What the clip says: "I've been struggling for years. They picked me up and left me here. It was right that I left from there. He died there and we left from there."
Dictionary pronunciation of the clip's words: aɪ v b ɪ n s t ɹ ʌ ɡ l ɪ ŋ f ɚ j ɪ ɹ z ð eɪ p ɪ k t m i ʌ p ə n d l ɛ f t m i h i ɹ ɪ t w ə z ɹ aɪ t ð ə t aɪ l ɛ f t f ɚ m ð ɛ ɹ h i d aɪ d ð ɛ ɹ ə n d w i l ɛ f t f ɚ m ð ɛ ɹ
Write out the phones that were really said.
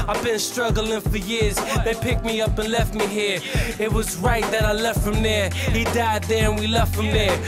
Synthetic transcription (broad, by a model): aɪ v b ɪ n s t ɹ ʌ ɡ l ɪ ŋ f ɚ j ɪ ɹ z ð eɪ p ɪ k t m i ʌ p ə n l ɛ f t m i h i ɹ ɪ t w ə z ɹ aɪ t ð ə t aɪ l ɛ f t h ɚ m ð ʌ ɹ h i d aɪ d ð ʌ ɹ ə n w i l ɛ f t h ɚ m ð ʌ ɹ